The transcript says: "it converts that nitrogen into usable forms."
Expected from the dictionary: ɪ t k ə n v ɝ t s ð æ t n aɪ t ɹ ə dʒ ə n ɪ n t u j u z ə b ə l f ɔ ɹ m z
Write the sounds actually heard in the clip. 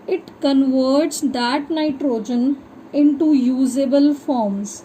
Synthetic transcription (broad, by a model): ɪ t k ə n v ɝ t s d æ t n aɪ t ɹ ə dʒ ə n ɪ n t u j u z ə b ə l f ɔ ɹ m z